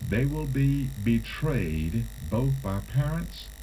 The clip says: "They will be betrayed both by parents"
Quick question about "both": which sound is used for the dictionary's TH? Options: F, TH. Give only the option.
TH